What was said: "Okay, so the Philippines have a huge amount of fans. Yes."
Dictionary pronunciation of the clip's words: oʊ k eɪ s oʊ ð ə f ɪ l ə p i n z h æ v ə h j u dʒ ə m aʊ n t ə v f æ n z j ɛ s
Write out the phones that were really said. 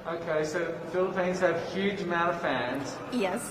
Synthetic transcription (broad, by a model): oʊ k eɪ s oʊ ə f ɪ l ə p i n z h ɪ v h j u dʒ m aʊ t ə f æ n z j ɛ s